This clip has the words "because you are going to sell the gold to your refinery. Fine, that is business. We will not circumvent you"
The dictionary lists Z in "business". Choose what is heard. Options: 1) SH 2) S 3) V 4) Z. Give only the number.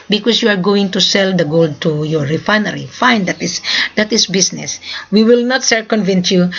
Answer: 2